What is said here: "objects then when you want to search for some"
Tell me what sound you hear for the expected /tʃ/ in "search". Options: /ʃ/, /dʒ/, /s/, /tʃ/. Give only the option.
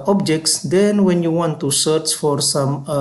/tʃ/